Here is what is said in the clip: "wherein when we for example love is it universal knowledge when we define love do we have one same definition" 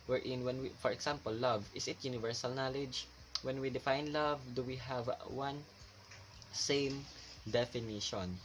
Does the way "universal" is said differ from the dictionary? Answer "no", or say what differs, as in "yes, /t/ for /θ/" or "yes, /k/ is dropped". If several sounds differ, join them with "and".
no